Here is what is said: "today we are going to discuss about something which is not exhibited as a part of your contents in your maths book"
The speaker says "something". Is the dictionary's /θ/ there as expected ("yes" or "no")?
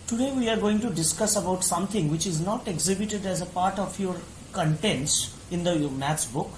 no